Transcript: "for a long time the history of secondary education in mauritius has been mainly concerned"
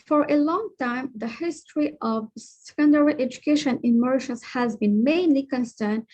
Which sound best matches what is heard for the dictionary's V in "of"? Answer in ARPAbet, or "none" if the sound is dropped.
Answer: V